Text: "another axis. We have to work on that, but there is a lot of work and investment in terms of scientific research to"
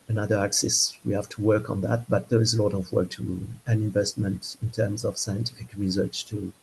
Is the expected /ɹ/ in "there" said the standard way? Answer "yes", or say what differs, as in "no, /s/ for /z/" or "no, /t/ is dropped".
yes